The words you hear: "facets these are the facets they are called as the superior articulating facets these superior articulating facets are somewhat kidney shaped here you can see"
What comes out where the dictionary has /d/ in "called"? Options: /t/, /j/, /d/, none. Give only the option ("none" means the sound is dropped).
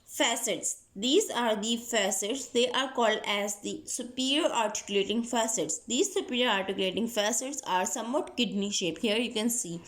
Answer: /d/